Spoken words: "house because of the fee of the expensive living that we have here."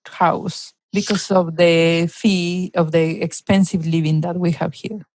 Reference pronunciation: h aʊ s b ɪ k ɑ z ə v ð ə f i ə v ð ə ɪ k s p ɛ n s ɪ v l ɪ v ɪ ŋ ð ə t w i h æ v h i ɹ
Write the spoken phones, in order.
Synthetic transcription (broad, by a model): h aʊ s b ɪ k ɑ s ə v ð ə f i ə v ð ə ɪ k s p ɛ n s ɪ v l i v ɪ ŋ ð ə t w i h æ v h i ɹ